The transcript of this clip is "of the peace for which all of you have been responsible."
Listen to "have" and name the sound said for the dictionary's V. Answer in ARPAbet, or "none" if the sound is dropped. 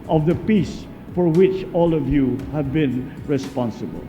V